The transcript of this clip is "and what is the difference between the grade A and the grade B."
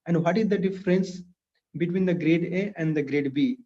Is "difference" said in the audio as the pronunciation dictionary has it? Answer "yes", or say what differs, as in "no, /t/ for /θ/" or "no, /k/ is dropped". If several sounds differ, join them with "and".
yes